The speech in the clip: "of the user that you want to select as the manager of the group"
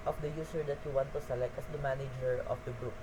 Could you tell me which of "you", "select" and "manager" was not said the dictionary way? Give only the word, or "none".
none